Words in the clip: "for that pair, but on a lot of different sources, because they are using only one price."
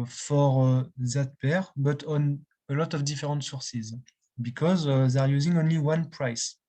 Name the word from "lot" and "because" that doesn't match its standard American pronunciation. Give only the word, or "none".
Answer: none